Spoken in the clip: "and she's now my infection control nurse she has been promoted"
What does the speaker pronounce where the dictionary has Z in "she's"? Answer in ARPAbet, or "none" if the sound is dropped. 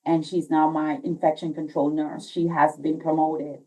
Z